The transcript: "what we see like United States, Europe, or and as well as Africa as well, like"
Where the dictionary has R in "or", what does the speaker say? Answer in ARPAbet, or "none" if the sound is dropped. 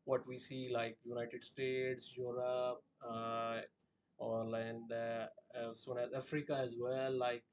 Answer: L